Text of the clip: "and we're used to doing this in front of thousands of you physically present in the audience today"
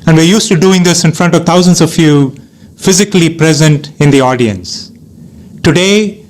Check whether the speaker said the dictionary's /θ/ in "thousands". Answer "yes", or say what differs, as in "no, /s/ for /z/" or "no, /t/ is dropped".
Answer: no, /t/ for /θ/